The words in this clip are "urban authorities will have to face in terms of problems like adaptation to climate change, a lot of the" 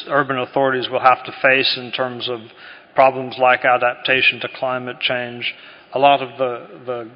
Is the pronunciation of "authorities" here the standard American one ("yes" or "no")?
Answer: yes